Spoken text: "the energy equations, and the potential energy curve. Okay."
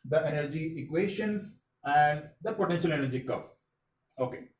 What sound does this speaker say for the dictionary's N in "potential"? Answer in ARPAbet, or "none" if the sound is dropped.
N